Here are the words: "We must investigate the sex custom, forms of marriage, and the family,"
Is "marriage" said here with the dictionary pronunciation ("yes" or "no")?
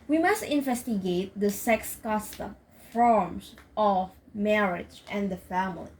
yes